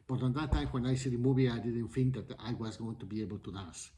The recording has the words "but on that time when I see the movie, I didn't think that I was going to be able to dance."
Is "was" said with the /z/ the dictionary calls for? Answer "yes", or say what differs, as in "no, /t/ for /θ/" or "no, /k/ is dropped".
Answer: yes